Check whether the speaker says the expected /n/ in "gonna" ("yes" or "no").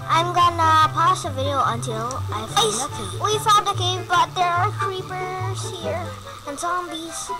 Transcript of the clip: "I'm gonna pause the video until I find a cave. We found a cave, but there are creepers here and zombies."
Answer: yes